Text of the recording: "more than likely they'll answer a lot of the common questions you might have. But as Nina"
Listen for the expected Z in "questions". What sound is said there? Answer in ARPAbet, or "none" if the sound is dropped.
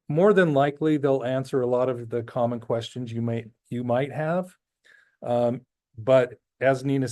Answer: Z